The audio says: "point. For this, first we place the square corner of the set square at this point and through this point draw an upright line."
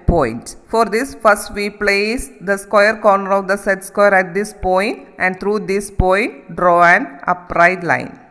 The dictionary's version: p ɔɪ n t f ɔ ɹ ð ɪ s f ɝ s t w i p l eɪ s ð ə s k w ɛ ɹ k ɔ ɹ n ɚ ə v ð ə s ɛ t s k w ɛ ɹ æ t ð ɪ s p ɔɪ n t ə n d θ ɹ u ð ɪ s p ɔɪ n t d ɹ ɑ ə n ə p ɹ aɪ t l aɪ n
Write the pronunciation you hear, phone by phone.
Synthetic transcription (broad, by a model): p ɔɪ n t f ɔ ɹ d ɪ s f ɝ s t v i p l eɪ s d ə s k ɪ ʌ ɹ k ɔ ɹ n ɚ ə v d ə s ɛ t s k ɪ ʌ ɹ æ t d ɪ s p ɔɪ n t ə n d t ɹ u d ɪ s p ɔɪ n t d ɹ ɑ ə n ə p ɹ aɪ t l aɪ n